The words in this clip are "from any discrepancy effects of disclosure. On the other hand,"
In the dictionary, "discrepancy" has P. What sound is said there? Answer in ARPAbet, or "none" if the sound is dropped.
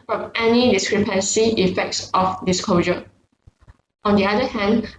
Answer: P